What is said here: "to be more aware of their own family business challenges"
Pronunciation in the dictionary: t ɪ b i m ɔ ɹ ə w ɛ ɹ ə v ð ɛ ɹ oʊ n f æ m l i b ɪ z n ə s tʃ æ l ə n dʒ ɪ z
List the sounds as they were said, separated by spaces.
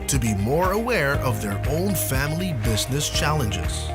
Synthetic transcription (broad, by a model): t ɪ b i m ɔ ɹ ə w ɛ ɹ ə v ð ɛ ɹ oʊ n f æ m l i b ɪ z n ə s tʃ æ l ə n dʒ ɪ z